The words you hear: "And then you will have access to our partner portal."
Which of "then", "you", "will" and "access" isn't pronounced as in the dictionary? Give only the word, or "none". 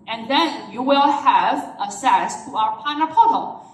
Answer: access